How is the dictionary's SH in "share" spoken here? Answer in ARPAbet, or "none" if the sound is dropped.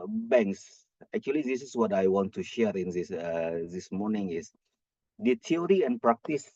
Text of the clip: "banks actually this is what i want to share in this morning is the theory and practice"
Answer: SH